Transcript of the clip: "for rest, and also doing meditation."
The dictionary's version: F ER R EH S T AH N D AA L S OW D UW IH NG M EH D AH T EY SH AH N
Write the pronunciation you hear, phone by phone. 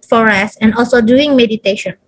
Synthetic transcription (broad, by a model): F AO R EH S AH N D AA L S OW D UW IH NG M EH D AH T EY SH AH N